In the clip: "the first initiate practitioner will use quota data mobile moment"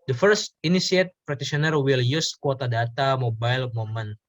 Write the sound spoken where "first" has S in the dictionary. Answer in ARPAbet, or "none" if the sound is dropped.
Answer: S